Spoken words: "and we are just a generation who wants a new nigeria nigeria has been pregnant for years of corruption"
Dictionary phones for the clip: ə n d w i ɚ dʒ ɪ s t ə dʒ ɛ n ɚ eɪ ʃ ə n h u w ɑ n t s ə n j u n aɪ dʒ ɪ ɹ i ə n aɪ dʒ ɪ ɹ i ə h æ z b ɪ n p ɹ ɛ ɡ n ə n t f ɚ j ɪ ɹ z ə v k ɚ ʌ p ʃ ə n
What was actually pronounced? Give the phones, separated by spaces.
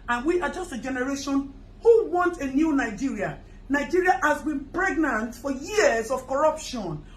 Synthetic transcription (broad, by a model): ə n w i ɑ dʒ ɪ s t ə dʒ ɛ n ɚ eɪ ʃ ə n h u w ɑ n t ə n j u n aɪ dʒ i ɹ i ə n aɪ dʒ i ɹ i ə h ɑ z b ɪ n p ɹ ɛ ɡ n ə n t f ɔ j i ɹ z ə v k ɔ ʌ p ʃ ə n